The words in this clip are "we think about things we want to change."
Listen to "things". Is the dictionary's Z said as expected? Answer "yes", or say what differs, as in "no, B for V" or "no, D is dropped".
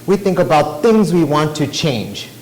yes